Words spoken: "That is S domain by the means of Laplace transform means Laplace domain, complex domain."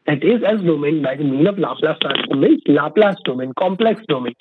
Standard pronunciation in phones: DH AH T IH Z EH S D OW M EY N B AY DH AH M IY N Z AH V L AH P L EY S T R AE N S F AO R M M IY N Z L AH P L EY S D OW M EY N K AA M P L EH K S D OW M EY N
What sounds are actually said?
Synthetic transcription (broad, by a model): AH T IH Z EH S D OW M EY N B AY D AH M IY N AH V L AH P L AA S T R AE S AO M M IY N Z L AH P L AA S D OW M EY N K AA M P L EH K S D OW M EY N